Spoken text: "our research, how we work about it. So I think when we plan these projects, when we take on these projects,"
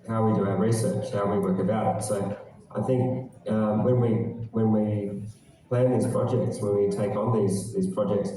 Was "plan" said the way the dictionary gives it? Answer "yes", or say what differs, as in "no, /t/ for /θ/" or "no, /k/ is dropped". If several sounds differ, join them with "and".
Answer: yes